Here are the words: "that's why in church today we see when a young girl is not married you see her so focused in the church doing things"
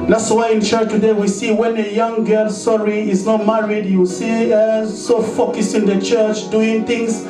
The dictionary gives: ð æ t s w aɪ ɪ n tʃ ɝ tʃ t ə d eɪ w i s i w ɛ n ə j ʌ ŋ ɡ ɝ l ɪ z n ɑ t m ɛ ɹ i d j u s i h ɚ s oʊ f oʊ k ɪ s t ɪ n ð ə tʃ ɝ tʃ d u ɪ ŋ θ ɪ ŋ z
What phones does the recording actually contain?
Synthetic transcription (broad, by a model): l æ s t w aɪ ɪ n tʃ ɝ tʃ t ə d eɪ w i s i w ɛ n ə j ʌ ŋ ɡ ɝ l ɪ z n ɑ t m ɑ ɹ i d j u s i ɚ s oʊ f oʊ k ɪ s ɪ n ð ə tʃ ɝ tʃ d u ɪ ŋ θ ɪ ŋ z